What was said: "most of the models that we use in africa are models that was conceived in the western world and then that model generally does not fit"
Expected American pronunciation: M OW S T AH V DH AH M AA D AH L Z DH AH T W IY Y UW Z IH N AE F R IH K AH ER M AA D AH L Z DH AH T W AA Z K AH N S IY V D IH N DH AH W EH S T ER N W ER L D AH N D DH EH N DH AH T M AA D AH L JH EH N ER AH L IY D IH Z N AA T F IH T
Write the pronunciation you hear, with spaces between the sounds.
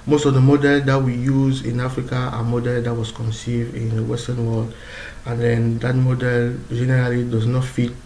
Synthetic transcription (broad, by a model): M OW S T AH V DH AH M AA D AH L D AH T W IY Y UW Z IH N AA F R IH K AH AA M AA D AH L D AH T W AA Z K AH N S IY V D IH N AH W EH S T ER N W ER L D AH N D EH N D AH T M AA D AH L JH EH N ER AH L IY D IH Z N AA T F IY T